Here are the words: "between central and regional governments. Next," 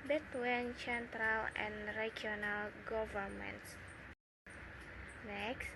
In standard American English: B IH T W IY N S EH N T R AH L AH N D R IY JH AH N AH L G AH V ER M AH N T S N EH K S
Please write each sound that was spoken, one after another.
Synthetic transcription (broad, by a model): B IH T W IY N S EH N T R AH L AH N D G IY AH N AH L G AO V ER M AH N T S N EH K S